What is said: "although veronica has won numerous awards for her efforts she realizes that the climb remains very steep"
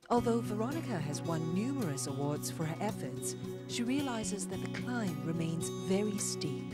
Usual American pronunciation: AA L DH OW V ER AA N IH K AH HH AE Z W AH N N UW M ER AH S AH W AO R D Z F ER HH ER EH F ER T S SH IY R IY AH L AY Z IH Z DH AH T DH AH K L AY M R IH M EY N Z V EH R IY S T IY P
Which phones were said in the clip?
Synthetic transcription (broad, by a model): AA L DH OW V ER AA N IH K AH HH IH Z W AH N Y UW M ER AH S AH W AO R D Z F ER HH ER EH F ER T S SH IY R IY AH L AY Z IH Z DH AH T DH AH K L AY M R IH M EY N Z V EH R IY S T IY P